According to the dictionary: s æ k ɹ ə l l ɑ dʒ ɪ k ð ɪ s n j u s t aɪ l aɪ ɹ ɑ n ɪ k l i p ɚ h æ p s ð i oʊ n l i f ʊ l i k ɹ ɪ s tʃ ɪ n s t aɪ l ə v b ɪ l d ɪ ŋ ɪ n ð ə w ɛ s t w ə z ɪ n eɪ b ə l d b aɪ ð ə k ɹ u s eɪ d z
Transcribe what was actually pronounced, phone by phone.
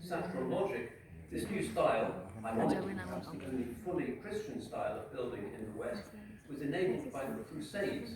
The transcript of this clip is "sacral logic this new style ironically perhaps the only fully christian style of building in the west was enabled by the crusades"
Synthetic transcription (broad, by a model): s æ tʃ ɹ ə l l ɑ dʒ ɪ k ð ɪ s n j u s t aɪ l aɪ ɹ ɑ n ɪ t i p ɚ h æ p s ð i oʊ n l i f ʊ l i k ɹ ɪ s tʃ ɪ n s t aɪ l ə v b ɪ l d ɪ ŋ ɪ n ð ə w ɛ s t w ə z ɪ n eɪ b l d b aɪ ð ə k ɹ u s eɪ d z